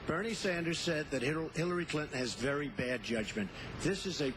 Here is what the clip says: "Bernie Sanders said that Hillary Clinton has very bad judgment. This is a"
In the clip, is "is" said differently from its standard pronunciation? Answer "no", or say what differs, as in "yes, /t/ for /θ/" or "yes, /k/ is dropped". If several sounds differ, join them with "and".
no